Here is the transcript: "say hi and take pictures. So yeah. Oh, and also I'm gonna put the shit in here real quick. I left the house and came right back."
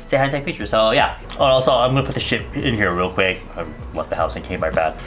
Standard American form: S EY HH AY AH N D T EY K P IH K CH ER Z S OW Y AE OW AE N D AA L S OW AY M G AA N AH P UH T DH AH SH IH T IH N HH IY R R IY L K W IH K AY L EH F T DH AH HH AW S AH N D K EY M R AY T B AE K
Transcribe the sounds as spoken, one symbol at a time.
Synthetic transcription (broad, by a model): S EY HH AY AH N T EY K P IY CH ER S OW Y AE OW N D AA S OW AY M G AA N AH P UH T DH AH SH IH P IH N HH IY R R IY L K W IH K AY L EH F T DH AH HH AW S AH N K EY M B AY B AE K